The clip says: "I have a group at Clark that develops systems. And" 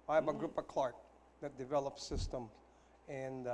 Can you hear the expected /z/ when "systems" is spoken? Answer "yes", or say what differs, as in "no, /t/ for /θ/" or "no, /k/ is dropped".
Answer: no, /z/ is dropped